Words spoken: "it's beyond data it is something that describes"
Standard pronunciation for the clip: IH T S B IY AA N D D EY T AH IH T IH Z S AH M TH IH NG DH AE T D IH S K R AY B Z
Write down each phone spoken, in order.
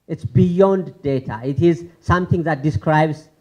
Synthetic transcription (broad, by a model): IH T S B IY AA N D D EY T AH IH T IH Z S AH M T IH NG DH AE T D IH S K R AY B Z